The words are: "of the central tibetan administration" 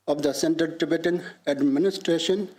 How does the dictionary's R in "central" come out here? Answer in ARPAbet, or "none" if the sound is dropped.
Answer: none